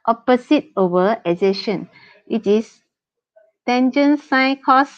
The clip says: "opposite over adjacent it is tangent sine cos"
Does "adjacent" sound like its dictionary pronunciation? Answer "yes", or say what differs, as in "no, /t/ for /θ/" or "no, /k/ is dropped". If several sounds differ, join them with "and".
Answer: no, /z/ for /dʒ/ and /ʃ/ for /s/